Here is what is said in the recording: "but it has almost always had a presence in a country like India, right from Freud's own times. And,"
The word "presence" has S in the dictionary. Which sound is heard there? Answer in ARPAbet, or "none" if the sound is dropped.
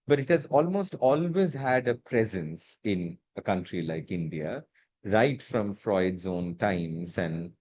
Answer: S